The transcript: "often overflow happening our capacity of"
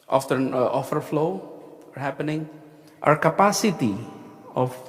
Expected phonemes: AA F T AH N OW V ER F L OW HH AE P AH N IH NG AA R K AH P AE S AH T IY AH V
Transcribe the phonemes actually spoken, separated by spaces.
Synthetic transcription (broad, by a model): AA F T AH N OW F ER F L OW HH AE P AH N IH NG AA R K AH P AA S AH T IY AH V